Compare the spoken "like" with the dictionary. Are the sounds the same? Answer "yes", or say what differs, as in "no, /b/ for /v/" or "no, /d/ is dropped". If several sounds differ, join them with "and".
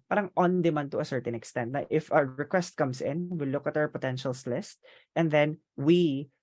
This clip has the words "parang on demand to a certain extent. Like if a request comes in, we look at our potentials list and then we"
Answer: no, /n/ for /l/